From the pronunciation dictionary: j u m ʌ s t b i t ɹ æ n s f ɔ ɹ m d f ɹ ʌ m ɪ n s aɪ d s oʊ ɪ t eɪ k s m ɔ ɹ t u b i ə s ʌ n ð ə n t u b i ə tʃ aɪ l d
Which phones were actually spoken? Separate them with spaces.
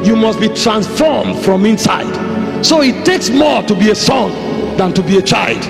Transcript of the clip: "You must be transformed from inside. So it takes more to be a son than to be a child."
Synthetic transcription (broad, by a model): j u m ʌ s t b i t ɹ æ n s f ɔ ɹ m d f ɹ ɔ m ɪ n s aɪ d s oʊ ɪ t eɪ k s m ɔ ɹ t u b i ə s ʌ n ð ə n t u b i ə tʃ aɪ l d